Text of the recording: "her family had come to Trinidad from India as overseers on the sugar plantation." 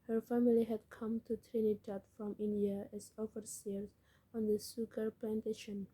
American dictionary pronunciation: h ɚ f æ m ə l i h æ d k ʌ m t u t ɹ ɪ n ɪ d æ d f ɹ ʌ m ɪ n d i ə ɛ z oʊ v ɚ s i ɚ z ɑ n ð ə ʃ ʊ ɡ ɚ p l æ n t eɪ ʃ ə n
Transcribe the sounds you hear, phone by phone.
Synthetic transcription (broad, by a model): h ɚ f æ m ə l i h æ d k ʌ m t u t ɹ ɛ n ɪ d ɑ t f ɹ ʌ m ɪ n d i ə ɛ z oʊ f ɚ s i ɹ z ɑ n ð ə s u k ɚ p l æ n t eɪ ʃ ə n